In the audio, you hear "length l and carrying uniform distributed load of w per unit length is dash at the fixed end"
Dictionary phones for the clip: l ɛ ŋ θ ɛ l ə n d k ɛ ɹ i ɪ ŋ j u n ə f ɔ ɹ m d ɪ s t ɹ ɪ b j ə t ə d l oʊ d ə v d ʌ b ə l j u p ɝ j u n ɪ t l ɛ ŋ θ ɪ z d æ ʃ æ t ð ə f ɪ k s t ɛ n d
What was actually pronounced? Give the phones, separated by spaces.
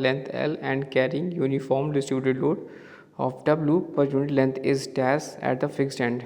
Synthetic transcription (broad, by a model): l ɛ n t ɛ l ə n d k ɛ ɹ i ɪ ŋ j u n ə f ɔ ɹ m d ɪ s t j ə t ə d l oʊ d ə f d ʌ b l j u p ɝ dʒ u n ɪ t l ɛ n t ɪ z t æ s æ t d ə f ɪ k s t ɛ n d